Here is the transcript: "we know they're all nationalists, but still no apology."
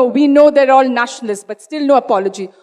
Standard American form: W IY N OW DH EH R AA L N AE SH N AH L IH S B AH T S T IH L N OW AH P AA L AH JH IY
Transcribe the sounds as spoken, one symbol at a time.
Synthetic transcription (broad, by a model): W IY N OW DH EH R AA L N AE SH N AH L IH S B AH T S T IH L N OW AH P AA L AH JH IY